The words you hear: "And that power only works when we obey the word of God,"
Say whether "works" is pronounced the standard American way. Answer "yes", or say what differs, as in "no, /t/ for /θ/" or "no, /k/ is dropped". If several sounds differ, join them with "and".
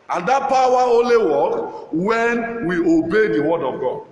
no, /s/ is dropped